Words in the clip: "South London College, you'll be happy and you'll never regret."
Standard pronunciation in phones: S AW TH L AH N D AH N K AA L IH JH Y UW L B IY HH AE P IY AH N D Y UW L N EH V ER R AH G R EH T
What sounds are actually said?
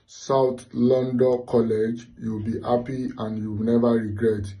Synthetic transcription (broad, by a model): S AW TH L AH N D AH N K AA L IH JH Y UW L B IY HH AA P IY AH N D Y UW W N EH V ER R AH G R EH T